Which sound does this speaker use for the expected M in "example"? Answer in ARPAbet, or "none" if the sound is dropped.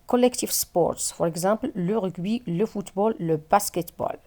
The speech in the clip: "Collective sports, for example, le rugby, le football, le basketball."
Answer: none